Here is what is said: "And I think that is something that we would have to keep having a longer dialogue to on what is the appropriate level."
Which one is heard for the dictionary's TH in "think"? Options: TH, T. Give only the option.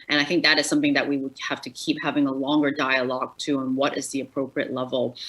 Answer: TH